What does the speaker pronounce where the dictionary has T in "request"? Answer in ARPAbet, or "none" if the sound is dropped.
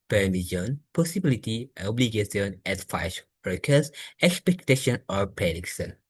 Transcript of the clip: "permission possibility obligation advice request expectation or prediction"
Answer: none